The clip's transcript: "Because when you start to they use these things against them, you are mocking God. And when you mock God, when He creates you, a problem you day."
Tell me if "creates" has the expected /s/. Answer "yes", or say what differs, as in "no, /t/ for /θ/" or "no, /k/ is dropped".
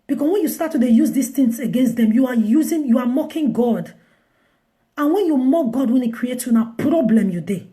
no, /s/ is dropped